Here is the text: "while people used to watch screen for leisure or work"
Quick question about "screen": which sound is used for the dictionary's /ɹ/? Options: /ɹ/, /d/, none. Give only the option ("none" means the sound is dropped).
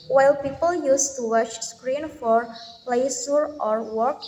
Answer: /ɹ/